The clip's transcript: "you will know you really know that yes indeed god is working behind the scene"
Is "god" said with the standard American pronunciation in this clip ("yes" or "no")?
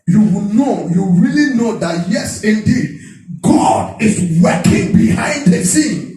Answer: yes